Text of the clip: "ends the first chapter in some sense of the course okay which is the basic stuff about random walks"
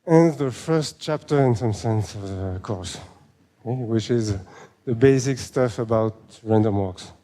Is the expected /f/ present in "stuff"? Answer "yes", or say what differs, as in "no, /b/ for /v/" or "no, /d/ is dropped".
yes